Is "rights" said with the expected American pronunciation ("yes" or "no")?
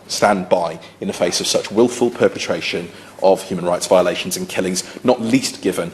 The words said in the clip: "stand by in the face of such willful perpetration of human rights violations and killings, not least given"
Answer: yes